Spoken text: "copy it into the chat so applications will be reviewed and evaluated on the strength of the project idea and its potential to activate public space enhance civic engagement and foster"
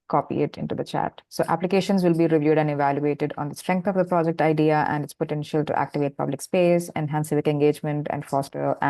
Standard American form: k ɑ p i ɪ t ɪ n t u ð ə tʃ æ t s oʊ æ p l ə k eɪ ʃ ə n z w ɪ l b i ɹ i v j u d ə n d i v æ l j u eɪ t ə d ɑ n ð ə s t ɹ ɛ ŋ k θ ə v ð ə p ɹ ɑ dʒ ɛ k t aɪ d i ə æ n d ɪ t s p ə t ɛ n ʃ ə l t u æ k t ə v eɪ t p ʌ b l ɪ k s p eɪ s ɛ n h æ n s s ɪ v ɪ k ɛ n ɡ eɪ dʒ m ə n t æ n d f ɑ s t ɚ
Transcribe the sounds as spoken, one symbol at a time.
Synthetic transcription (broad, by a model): k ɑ p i ɪ t ɪ n t u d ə tʃ æ t s oʊ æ p l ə k eɪ ʃ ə n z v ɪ l b i ɹ i v j u d ə n d i v æ l j u eɪ t ə d ɑ n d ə s t ɹ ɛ ŋ k t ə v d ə p ɹ ɑ dʒ ɛ k t aɪ d i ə æ n d ɪ t s p ə t ɛ n ʃ ə l t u æ k t ə v eɪ t p ʌ b l ɪ k s p eɪ s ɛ n h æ n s s ɪ v ɪ k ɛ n ɡ eɪ dʒ m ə n t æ n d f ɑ s t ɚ